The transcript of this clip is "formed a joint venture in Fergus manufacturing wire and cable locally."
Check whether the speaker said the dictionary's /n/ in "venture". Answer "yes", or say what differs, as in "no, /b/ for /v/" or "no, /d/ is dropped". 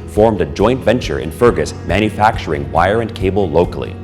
yes